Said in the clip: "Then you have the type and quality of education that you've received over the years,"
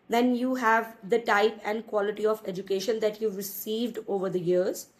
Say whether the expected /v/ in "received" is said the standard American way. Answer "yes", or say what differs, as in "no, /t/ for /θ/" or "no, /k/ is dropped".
yes